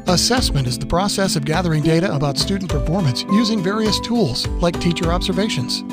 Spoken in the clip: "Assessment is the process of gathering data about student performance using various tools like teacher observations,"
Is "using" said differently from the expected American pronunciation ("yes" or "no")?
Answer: no